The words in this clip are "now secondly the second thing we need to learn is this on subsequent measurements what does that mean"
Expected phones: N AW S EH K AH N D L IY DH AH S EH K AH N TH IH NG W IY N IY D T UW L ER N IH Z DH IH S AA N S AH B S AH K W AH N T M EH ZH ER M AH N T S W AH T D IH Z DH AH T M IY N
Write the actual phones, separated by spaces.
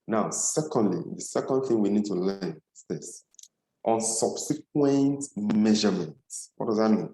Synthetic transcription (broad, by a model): N AW S EH K AH N D L IY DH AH S EH K AH N TH IH NG W IY N IY D T UW L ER IH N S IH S AA N S AH B S AH K W AH N T M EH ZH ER M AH N T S W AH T D IH Z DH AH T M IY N